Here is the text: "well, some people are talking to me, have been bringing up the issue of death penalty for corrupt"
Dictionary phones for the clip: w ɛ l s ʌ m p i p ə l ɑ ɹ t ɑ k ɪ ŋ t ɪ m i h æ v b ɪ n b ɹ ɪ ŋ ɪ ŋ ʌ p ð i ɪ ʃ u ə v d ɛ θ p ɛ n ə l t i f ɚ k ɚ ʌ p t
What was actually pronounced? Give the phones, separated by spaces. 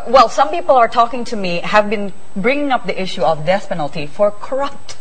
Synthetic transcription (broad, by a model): w ɛ l s ʌ m p i p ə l ɑ ɹ t ɑ k ɪ ŋ t ɪ m i h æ v b ɪ n b ɹ ɪ ŋ ɪ ŋ ʌ p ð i ɪ ʃ u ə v d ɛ s p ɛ n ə l t i f ɚ k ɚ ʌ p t